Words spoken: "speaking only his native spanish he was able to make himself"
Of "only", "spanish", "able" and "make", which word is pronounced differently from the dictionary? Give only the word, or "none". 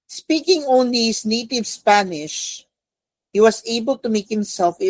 none